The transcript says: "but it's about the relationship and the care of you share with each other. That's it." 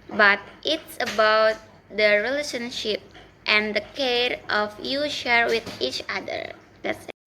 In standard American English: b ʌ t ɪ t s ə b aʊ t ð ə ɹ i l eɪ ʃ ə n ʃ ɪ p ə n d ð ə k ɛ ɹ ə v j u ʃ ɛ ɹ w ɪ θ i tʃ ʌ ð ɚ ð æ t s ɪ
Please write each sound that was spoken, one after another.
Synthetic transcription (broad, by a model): b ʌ t ɪ t s ə b aʊ t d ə ɹ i l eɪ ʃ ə n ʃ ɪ p ə n d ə k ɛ ɹ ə f j u ʃ ɛ ɹ w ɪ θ i tʃ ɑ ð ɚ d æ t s